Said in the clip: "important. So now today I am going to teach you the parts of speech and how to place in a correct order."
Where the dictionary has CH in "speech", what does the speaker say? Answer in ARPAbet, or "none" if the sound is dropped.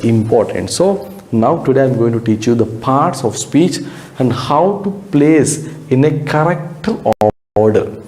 CH